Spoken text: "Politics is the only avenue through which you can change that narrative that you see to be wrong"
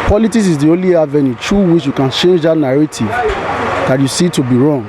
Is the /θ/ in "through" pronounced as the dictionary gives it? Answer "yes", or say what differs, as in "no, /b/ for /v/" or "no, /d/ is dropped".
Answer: no, /t/ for /θ/